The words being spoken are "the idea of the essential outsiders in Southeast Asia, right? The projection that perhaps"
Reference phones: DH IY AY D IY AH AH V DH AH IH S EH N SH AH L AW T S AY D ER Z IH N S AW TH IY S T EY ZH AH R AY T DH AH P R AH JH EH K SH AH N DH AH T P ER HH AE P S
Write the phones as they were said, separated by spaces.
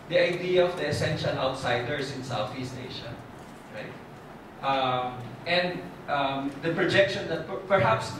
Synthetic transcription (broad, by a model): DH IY AY D IY AH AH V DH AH IH S EH N SH AH L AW T S AY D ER S IH N S AW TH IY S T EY SH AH R AY T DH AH P R AH JH EH K SH AH N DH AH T P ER HH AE P S